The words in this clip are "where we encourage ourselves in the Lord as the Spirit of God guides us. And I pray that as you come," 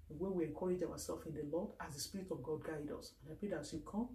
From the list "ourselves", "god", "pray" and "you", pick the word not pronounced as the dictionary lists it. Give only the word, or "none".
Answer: ourselves